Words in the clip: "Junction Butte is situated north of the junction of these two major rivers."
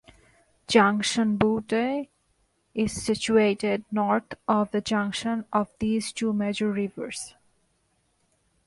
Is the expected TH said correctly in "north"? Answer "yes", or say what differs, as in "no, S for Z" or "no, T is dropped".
no, T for TH